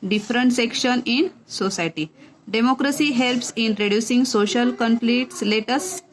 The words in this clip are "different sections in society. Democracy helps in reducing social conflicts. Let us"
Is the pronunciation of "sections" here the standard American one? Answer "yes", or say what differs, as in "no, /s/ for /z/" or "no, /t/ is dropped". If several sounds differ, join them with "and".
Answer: no, /z/ is dropped